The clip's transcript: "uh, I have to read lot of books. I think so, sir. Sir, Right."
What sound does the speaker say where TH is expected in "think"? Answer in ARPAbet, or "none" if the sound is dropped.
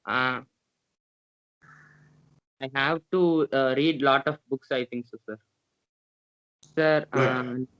T